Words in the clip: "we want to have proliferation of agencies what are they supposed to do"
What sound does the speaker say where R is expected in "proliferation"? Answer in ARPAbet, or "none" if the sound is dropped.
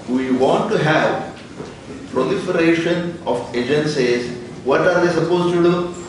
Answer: R